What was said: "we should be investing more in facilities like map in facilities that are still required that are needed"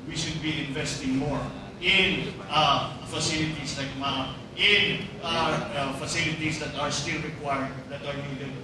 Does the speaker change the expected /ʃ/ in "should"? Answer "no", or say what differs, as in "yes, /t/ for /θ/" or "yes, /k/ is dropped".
no